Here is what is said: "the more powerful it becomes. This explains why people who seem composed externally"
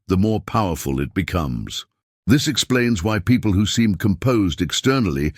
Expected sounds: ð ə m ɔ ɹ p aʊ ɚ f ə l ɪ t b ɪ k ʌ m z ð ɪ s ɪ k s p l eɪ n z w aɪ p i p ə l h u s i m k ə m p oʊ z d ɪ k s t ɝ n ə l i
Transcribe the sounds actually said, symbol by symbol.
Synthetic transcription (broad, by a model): ð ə m ɔ ɹ p aʊ ɚ f ə l ɪ t b ɪ k ʌ m z ð ɪ s ɪ k s p l eɪ n z w aɪ p i p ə l h u s i m k ə m p oʊ z d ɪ k s t ɝ n l i